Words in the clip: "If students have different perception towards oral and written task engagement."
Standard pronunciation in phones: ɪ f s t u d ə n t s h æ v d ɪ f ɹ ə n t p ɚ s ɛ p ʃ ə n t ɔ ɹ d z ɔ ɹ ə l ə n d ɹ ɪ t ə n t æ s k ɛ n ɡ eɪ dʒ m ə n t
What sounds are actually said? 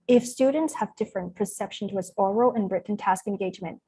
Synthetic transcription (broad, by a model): ɪ f s t u d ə n t s h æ v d ɪ f ɹ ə n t p ɚ s ɛ p ʃ ə n t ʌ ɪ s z ɔ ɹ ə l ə n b ɹ ɪ t n t æ s k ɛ n ɡ eɪ dʒ m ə n t